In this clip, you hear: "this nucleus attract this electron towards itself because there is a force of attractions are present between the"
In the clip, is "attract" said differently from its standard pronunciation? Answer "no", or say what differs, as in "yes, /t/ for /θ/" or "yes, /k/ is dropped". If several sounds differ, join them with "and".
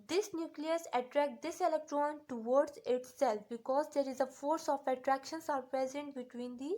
no